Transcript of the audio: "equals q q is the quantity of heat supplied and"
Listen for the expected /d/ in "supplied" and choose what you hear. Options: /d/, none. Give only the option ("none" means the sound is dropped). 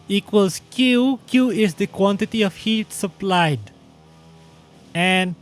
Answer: /d/